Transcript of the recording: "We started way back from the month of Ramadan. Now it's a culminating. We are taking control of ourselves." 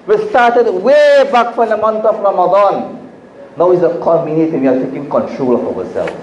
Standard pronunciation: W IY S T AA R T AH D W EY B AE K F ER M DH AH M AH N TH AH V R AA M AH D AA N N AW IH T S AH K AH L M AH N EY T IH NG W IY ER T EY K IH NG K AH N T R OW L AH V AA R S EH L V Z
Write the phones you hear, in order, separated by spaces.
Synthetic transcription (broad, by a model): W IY S T AA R T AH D W EY B AE K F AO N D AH M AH N T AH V R AA M AH D AA N N AW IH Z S AH K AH M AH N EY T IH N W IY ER T EY K IH NG K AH N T R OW L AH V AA S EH L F